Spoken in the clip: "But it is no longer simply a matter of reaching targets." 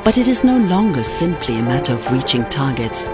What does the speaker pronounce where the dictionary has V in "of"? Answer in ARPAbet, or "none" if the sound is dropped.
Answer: V